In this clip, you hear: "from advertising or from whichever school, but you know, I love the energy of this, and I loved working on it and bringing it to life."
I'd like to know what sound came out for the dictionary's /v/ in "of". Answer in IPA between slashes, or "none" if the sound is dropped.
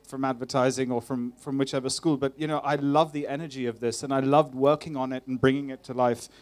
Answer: /v/